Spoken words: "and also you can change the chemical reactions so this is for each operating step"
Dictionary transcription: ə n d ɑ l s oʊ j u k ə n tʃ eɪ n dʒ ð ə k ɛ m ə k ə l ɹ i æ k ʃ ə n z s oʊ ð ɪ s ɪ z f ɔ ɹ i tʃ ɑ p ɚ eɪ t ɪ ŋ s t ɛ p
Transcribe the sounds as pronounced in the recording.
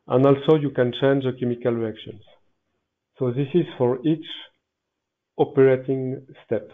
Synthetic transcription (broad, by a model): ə n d ɑ l s oʊ j u k ə n tʃ eɪ n dʒ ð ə k ɛ m ə k ə l ɹ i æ k ʃ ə n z s oʊ ð ɪ s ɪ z f ɔ ɹ i tʃ ɑ p ɚ eɪ t ɪ ŋ s t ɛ p